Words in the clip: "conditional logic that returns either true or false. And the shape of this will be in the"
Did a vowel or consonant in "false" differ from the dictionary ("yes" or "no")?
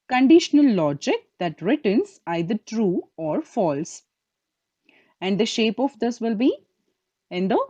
no